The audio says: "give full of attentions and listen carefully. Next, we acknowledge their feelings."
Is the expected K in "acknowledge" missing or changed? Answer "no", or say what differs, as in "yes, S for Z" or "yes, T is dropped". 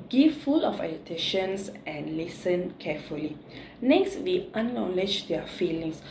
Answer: yes, K is dropped